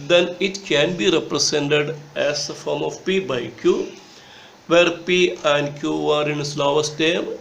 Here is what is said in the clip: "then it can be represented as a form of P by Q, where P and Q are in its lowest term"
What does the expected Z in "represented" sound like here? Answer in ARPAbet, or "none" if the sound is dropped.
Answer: S